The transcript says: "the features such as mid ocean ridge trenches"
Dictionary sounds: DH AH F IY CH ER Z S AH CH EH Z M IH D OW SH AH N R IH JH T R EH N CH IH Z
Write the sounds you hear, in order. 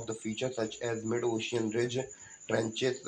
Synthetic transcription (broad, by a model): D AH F IY CH ER S AH CH EH Z M IH D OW SH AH N R IH JH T R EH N CH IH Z